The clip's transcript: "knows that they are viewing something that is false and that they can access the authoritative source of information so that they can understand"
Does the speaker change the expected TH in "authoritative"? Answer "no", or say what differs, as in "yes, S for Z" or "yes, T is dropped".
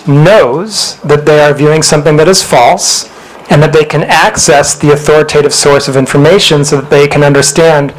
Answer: no